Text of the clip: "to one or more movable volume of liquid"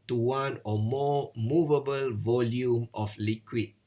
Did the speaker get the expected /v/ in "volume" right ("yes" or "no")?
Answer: yes